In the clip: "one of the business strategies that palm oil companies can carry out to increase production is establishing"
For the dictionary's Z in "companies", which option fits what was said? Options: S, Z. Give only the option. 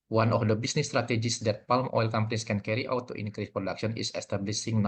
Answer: S